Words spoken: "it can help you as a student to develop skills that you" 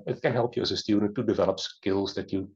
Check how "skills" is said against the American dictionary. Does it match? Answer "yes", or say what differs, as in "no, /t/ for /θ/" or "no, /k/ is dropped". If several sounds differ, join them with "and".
yes